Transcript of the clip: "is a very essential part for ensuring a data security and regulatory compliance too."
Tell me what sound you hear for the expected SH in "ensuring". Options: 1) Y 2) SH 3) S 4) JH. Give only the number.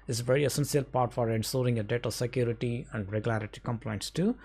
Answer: 3